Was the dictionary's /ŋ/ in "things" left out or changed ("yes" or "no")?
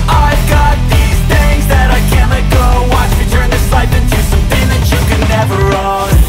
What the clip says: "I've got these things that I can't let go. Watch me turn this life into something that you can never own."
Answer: yes